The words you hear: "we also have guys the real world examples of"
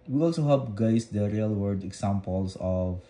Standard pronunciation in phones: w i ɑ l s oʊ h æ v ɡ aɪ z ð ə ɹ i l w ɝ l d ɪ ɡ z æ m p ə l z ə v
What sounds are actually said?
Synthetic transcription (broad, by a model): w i ɑ l s oʊ h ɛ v ɡ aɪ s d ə ɹ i l w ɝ d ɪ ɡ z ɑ m p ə l s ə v